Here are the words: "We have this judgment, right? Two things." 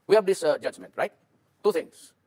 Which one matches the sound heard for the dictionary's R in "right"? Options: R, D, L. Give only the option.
R